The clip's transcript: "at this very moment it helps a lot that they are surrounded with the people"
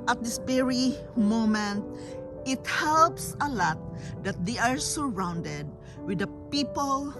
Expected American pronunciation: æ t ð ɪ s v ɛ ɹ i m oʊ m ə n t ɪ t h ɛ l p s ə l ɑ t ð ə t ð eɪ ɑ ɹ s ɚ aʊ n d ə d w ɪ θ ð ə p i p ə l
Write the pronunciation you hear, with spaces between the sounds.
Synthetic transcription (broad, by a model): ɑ t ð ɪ s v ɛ ɹ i m oʊ m ə n t ɪ t h ɛ l p s ə l ɑ t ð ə t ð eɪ ɑ ɹ s ɚ aʊ n d ə d w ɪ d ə p i p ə l